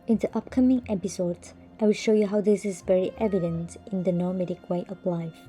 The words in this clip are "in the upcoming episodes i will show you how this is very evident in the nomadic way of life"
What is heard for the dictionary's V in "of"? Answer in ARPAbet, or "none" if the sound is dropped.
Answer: P